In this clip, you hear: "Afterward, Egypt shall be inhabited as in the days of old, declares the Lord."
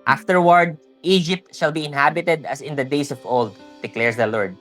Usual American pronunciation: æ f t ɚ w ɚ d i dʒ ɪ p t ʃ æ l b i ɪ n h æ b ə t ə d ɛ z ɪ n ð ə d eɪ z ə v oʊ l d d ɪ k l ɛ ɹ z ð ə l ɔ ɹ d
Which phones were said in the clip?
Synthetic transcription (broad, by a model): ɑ f t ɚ w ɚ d i dʒ ɪ p t ʃ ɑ l b i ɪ n h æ b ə t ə d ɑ s ɪ n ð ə d eɪ s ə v oʊ l d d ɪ k l ɛ ɹ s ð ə l ɔ ɹ d